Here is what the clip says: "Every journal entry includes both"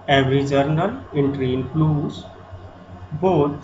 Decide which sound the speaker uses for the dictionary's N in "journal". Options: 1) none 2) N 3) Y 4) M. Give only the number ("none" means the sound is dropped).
2